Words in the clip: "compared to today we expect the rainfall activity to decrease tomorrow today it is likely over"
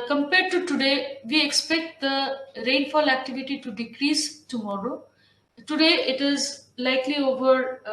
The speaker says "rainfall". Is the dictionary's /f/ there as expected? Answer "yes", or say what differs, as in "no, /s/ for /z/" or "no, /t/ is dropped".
yes